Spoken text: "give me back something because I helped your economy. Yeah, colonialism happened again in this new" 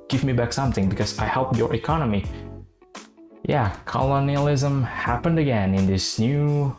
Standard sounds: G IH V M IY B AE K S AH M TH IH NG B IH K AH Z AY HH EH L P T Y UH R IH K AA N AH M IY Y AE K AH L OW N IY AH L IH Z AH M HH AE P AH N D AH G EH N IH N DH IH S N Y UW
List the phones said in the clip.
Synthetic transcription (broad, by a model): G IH V M IY B AE K S AH M TH IH NG B IH K AH Z AY HH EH L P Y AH R IH K AA N AH M IY Y AE K AH L OW N IY AH L IH Z AH M HH AE P AH N D AH G EH N IH N DH IH S N Y UW